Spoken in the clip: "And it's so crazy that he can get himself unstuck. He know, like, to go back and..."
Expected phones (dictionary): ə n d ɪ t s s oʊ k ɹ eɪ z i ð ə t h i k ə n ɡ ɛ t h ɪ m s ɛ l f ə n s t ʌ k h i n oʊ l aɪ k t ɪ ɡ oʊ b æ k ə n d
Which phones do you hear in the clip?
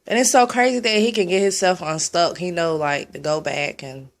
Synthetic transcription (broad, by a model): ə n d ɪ t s s oʊ k ɹ eɪ z i ð ə t h i k ə n ɡ ɛ t h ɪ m s ɛ l f n s t ʌ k h i n oʊ l aɪ k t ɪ ɡ oʊ b æ k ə n